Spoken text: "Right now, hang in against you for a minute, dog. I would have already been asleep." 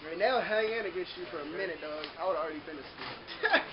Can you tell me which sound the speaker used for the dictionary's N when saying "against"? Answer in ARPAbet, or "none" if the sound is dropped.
none